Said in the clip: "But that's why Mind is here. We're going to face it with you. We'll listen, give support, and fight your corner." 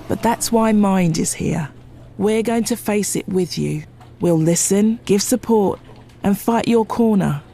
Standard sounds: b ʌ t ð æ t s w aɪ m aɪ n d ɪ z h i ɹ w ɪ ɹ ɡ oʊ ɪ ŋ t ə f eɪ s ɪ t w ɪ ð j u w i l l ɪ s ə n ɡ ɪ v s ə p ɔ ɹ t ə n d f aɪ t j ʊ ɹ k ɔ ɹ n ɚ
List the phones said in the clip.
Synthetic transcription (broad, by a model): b ʌ t ð æ t s w aɪ m aɪ n d ɪ z h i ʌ w ɪ ɹ ɡ oʊ ɪ ŋ t ə f eɪ s ɪ t w ɪ ð j u w i l l ɪ s ə n ɡ ɪ v s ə p ɔ ɹ t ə n f aɪ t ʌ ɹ k ɔ ɹ n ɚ